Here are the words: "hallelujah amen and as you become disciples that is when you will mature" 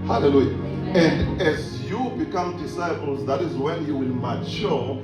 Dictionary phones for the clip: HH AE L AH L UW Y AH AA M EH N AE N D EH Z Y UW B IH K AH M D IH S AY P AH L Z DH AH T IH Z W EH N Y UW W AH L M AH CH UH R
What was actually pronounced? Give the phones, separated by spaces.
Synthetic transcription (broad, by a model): HH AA L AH L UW Y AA EH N N D EH Z Y UW B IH K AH M D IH S AY P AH L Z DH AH T IH Z W EH N Y UW W AH L M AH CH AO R